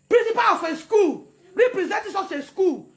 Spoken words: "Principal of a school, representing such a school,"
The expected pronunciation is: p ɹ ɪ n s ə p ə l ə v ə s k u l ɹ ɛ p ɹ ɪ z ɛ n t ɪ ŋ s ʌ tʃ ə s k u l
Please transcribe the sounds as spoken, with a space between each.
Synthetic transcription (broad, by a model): p ɹ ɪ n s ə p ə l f ə s k u l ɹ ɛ p ɹ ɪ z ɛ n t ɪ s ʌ s ə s k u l